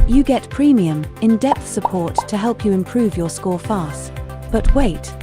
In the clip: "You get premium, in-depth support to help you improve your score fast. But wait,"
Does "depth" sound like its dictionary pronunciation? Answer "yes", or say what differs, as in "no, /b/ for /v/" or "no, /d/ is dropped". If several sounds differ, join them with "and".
yes